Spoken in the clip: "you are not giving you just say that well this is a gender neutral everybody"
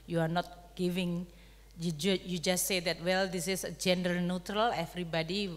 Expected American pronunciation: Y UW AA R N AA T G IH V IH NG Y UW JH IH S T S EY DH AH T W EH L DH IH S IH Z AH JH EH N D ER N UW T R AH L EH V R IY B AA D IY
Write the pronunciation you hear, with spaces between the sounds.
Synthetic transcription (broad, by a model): Y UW AA R N AA T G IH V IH NG Y UW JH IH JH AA S EY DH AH T W EH L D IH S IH S AH JH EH N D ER N UW T R AH L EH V R IY B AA D IY